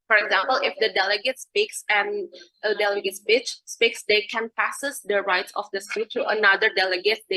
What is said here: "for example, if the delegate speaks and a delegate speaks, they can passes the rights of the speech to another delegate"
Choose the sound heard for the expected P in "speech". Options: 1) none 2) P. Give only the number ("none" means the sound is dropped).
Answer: 1